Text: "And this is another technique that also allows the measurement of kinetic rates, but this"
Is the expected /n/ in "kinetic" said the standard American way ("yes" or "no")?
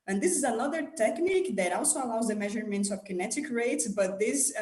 yes